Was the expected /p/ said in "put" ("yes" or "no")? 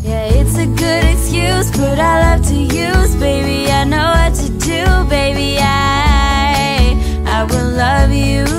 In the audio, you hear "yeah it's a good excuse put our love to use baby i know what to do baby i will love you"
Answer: no